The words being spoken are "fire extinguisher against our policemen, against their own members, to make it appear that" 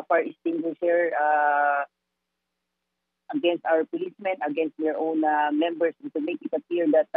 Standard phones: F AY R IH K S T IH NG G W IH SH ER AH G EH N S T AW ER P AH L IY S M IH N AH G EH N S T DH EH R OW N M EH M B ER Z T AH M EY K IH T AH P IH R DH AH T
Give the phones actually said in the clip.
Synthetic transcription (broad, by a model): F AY R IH S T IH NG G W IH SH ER AH G EH N S T AW ER P AH L IY S M IH N AH G EH N S T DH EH R OW N M EH M B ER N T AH M EY K IH T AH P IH R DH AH T